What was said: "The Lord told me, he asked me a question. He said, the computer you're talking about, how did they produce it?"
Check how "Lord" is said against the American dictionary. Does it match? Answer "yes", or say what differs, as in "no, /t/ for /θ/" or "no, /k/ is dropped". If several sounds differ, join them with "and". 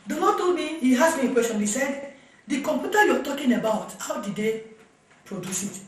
no, /n/ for /l/